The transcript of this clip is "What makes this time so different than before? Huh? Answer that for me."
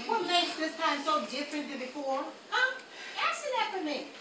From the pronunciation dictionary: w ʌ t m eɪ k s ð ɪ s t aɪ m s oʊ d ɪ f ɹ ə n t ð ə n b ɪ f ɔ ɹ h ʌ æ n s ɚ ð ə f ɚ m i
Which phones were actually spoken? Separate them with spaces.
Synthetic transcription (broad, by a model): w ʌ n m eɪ s ð ɪ s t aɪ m s oʊ d ɪ f ɹ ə n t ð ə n b ɪ f ɔ ɹ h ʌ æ s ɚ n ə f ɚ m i